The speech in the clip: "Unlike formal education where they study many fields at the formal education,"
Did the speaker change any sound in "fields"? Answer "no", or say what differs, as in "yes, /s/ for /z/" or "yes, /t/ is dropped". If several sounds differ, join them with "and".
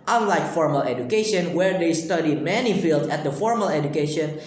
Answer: yes, /z/ is dropped